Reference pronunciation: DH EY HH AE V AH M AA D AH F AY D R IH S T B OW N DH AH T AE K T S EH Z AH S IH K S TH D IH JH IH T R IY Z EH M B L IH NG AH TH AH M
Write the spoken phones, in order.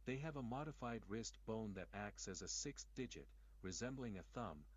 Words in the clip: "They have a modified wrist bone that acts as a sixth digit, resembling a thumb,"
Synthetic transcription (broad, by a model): DH EY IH V AH M AA D AH F AY D R IH S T B OW N DH AH T AE K T S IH Z AH S IH K S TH D IH JH IH T R IY Z EH M B L IH NG AH TH AH M